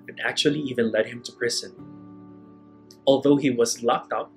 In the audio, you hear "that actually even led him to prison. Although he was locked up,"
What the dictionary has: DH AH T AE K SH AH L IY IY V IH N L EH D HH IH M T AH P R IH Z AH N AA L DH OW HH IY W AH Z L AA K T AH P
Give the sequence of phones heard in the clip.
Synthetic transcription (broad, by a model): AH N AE K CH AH L IY IY V IH N L EH D HH IH M T AH P R IH Z AH N AA L DH OW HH IY W AH Z L AA K T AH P